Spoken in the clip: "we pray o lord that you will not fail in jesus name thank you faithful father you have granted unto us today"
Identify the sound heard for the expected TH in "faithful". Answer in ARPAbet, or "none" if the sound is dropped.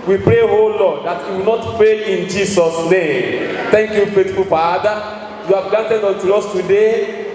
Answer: T